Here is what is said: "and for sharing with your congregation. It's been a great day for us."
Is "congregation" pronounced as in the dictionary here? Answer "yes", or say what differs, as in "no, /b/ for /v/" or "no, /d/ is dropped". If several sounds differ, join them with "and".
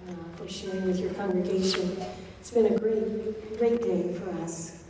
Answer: yes